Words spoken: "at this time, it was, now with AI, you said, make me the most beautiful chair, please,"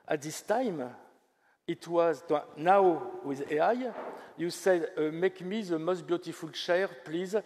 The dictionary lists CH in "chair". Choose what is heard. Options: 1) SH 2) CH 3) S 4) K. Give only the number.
1